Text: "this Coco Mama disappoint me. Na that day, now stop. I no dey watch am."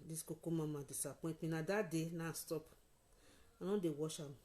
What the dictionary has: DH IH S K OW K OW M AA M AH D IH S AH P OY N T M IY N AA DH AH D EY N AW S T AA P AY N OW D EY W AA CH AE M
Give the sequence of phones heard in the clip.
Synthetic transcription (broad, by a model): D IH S K OW K OW M AA M AH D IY S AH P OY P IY N AA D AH D EY N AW S T AA P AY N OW D EY W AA SH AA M